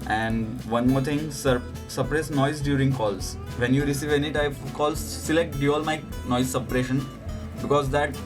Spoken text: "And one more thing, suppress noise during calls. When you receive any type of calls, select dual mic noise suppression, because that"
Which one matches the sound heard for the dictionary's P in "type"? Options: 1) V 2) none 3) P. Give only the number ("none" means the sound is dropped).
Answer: 2